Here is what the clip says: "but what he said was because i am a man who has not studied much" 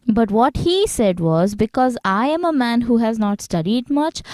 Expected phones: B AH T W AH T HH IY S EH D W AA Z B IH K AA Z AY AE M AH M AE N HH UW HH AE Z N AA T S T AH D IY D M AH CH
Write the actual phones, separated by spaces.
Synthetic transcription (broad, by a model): B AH T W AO T HH IY S EH D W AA Z B IH K AA Z AY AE M AH M AE N HH UW HH AE Z N AA T S T AH D IY D M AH CH